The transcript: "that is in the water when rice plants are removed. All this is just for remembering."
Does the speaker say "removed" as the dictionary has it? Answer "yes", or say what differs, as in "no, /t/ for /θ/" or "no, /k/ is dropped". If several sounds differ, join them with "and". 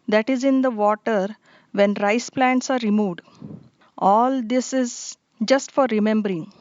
yes